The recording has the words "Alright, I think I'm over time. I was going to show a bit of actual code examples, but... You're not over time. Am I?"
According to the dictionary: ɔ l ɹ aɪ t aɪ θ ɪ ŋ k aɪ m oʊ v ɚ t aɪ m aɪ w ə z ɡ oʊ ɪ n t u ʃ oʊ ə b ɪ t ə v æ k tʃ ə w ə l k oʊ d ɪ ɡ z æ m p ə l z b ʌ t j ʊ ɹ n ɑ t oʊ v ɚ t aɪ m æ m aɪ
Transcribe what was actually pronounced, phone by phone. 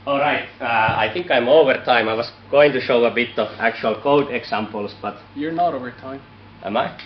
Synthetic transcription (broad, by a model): ɔ l ɹ aɪ t aɪ θ ɪ ŋ k aɪ m oʊ v ɚ t aɪ m aɪ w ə s ɡ oʊ ɪ n t u ʃ oʊ ə b ɪ t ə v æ k tʃ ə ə l k oʊ d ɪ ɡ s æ m p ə l s b ʌ t j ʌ ɹ n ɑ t oʊ v ɚ t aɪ m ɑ m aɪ